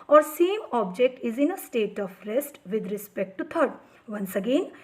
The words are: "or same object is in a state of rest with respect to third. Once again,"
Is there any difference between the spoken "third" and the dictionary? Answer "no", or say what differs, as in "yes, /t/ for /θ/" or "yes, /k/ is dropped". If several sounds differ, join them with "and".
yes, /t/ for /θ/